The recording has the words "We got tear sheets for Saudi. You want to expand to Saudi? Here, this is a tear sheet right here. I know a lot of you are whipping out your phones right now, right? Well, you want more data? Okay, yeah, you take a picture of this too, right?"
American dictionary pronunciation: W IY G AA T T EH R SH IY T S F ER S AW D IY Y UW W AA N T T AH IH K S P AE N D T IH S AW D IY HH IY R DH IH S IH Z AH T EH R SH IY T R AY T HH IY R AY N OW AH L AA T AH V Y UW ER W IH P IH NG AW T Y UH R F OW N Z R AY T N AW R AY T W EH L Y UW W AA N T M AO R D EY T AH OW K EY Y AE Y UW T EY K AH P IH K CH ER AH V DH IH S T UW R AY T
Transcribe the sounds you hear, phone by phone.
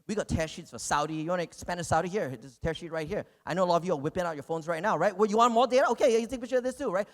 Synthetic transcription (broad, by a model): W IY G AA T T EH R SH IY T S F ER S AW D IY Y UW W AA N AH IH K S P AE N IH S AW D IY HH IY R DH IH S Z T EH R SH IY T R AY T HH IY R AY N OW AH L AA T AH V Y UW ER W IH P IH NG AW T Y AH R F OW N Z R AY T N AW R AY T W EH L Y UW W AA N M AO R D EY T AH OW K EY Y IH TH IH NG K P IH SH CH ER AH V DH IH S T UW R AY T